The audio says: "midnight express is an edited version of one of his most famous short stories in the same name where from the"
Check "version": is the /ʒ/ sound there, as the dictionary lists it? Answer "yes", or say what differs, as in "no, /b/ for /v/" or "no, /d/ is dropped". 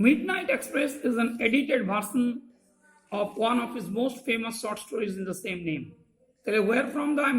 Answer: no, /s/ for /ʒ/